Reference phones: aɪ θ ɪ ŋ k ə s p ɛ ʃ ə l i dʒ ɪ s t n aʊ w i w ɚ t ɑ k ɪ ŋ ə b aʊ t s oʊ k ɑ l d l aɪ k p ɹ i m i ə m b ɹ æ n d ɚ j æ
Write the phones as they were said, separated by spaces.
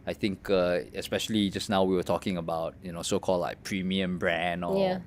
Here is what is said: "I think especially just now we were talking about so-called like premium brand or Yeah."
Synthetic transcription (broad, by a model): aɪ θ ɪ ŋ k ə s p ɛ ʃ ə l i dʒ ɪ s n aʊ w i w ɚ t ɑ k ɪ ŋ ə b aʊ t s oʊ k ɑ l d l aɪ k p ɹ i m i ə m b ɹ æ n ɔ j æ